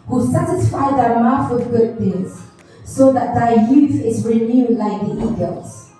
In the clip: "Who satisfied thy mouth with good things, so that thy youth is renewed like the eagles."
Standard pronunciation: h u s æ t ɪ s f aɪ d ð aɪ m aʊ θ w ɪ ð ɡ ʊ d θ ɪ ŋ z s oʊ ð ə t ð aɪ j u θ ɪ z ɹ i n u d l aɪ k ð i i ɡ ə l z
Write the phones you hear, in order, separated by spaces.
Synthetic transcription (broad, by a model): h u s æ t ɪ s f aɪ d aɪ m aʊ f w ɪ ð ɡ ʊ d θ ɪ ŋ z s oʊ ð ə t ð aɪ j u θ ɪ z ɹ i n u l aɪ k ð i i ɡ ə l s